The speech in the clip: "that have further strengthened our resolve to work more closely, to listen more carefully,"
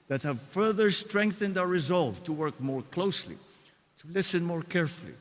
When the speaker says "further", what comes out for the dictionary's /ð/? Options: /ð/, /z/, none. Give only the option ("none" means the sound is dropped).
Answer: /ð/